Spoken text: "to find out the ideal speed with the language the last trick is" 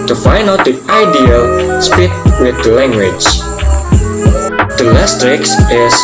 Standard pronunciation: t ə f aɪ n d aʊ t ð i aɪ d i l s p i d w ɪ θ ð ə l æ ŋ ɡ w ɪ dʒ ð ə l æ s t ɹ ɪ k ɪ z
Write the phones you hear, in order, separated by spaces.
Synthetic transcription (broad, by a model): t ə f aɪ n aʊ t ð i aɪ d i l s p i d w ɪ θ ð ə l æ ŋ ɡ w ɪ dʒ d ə l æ s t ɹ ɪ k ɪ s